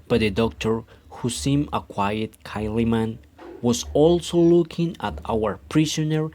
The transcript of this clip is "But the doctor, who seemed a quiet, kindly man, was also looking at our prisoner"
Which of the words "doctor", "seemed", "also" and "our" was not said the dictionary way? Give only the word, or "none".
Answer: seemed